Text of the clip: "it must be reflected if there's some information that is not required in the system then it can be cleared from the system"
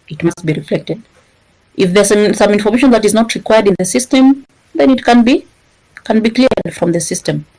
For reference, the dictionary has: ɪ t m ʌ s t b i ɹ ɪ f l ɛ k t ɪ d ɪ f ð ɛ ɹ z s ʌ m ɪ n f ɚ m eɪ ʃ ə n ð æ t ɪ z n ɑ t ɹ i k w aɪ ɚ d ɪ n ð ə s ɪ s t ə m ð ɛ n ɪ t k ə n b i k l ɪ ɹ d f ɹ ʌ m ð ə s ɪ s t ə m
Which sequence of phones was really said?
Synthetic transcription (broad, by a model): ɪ t m ʌ s t b i ɹ ɪ f l ɛ k t ɪ d ɪ f ð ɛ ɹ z s ʌ m ɪ n f ɚ m eɪ ʃ ə n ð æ t ɪ z n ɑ t ɹ i k w aɪ ɚ d ɪ n ð ə s ɪ s t ə m ð ɛ n ɪ t k ə n b i k n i l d f ɹ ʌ m ð ə s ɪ s t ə m